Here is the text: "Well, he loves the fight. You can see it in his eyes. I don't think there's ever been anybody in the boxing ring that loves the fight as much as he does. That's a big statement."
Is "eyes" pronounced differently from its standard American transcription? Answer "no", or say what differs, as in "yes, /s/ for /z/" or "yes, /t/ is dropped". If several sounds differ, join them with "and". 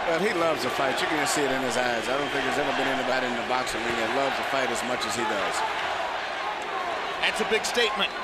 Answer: no